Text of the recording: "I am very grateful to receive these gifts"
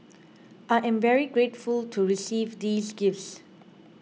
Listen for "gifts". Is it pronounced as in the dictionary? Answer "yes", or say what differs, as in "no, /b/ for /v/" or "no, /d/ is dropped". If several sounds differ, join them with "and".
yes